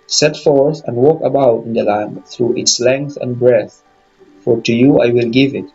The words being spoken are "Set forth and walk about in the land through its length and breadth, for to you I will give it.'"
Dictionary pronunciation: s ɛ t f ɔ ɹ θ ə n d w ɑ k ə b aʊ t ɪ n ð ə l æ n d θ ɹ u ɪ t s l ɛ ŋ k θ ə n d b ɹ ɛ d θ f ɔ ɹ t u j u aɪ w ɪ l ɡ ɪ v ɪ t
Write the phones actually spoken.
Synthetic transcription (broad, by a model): s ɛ t f ɔ ɹ θ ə n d w ɑ k ə b aʊ t ɪ n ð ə l æ n d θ ɹ u ɪ t s l ɛ ŋ k θ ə n b ɹ ɛ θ f ɔ ɹ t u j u aɪ w ɪ l ɡ ɪ v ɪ t